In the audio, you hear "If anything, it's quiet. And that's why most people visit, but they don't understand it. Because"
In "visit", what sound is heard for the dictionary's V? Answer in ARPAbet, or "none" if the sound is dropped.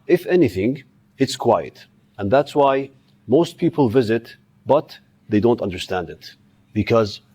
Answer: V